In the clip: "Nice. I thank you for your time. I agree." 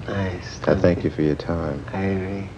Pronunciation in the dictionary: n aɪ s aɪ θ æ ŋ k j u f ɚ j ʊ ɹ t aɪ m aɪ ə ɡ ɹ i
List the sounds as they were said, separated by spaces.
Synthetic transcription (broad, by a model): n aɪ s aɪ θ æ ŋ k j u f ɚ j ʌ ɹ t aɪ m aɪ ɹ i